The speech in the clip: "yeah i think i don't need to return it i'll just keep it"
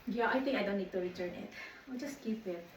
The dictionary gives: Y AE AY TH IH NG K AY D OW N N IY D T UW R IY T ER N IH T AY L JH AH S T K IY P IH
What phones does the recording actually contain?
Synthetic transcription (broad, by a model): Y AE AY T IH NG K AY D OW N N IY D T UW R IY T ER N IH T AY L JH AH S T K IY P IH